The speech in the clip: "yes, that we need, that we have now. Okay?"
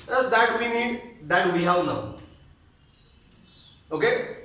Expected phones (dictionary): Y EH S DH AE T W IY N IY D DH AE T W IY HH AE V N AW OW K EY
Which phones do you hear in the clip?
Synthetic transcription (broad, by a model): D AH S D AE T W IY N IY D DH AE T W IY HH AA W N AW OW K EY